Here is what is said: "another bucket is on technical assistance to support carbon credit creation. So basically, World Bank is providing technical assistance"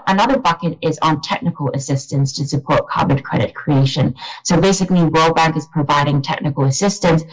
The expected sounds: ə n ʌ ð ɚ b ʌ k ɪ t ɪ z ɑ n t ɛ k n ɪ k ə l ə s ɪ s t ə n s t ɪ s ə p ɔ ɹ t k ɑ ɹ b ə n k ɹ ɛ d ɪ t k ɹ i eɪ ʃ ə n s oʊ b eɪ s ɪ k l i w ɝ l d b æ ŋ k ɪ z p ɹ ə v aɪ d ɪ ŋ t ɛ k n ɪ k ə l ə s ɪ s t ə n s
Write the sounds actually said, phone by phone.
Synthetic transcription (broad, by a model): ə n ʌ ð ɚ b ʌ k ɪ t ɪ z n t ɛ k n ɪ k ə l ə s ɪ s t ə n s t ɪ s ə p ɔ ɹ t k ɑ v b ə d k ɹ ɛ d ɪ t k ɹ i eɪ ʃ ə n s oʊ b eɪ s ɪ k l i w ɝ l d b æ ŋ k ɪ z p ɹ ə v aɪ d ɪ ŋ t ɛ k n ɪ k ə l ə s ɪ s t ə n s